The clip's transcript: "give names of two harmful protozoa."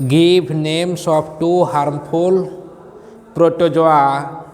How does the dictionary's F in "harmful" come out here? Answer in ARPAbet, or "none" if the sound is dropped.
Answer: P